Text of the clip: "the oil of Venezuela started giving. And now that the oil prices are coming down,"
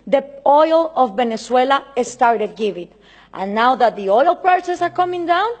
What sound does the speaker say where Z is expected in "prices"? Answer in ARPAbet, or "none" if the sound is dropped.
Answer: S